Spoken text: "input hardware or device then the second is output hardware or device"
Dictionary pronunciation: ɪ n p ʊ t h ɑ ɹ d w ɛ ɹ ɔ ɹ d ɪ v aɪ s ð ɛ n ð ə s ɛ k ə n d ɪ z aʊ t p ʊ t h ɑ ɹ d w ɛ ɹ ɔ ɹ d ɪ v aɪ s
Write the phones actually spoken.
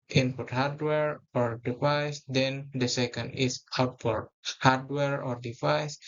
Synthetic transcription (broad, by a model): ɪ n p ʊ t h ɑ ɹ d w ɛ ɹ ɔ ɹ d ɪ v aɪ s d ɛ n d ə s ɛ k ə n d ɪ s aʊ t f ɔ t h ɑ ɹ d w ɛ ɹ ɔ ɹ d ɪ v aɪ s